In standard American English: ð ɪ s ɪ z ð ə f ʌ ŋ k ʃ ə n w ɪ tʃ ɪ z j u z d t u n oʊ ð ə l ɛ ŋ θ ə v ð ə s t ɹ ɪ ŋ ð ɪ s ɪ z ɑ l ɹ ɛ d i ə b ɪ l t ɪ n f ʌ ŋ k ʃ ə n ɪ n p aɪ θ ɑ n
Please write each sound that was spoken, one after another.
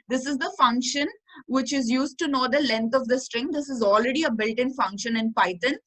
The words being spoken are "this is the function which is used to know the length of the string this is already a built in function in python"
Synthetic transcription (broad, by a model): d ɪ s ɪ z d ə f ʌ ŋ k ʃ ə n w ɪ tʃ ɪ z j u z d t u n oʊ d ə l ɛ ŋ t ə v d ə s t ɹ ɪ ŋ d ɪ s ɪ z ɑ l ɹ ɛ d i ə b ɪ l t ɪ n f ʌ ŋ k ʃ ə n ɪ n p aɪ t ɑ n